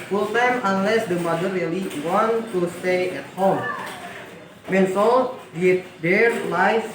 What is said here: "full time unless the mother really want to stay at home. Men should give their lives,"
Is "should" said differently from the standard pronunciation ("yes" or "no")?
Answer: yes